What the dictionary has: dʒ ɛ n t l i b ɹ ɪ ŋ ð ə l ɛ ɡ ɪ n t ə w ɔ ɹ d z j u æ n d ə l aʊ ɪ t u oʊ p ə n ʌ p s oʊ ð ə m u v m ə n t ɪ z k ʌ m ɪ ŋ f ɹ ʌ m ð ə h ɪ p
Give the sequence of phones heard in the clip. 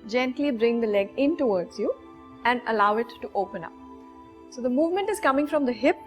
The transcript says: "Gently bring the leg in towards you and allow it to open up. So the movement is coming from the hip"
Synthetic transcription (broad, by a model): dʒ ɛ n t l i b ɹ ɪ ŋ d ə l ɛ ɡ ɪ n t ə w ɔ ɹ d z j u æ n d ə l aʊ ɪ t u oʊ p ə n ʌ p s oʊ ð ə m u v m ə n t ɪ z k ʌ m ɪ ŋ f ɹ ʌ m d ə h ɪ p